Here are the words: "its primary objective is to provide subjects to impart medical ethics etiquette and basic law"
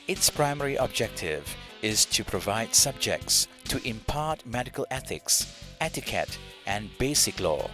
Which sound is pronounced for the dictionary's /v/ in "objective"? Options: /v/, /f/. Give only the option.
/v/